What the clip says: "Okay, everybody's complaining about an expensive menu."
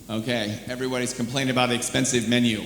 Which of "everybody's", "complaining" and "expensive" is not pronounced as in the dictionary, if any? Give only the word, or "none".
complaining